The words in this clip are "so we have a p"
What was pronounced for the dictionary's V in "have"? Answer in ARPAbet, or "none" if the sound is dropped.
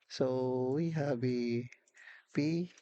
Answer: B